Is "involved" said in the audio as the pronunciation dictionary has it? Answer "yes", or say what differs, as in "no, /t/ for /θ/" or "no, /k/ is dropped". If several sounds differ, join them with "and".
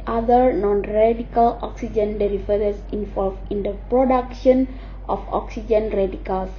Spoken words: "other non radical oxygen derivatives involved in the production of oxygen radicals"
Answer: no, /d/ is dropped